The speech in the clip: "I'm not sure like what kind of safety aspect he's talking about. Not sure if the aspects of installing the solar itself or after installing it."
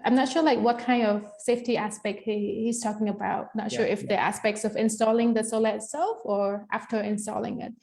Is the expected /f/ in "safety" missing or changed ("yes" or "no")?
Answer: no